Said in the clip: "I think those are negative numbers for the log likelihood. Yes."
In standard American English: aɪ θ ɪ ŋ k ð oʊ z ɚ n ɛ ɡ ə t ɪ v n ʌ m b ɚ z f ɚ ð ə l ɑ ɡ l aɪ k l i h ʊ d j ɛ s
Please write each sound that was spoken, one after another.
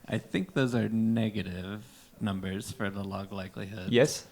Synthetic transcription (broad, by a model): aɪ θ ɪ ŋ k ð oʊ z ɚ n ɛ ɡ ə t ɪ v n ʌ m b ɚ z f ɚ ð ə l ɑ ɡ l aɪ k l i h ʊ d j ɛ s